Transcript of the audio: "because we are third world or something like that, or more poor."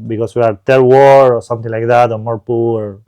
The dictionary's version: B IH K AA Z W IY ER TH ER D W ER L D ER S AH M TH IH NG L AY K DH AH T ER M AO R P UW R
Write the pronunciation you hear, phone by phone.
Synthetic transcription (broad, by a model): B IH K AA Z W IY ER T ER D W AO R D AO S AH M T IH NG L AY K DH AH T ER M AO R P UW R